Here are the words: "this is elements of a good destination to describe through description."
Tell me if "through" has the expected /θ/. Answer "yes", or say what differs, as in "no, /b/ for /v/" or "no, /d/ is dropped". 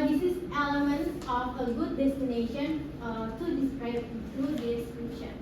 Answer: no, /t/ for /θ/